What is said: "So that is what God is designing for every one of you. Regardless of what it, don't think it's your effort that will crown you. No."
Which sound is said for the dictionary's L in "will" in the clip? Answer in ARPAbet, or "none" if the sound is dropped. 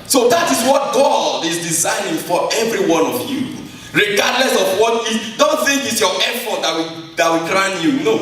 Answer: W